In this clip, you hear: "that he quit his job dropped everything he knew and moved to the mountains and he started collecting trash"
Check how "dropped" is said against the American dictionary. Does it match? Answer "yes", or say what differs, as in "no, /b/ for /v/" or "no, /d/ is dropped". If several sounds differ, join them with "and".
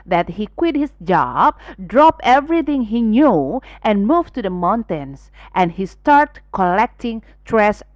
no, /t/ is dropped